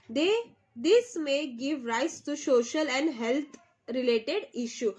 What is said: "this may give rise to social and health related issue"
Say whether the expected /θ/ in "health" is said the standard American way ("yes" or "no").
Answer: no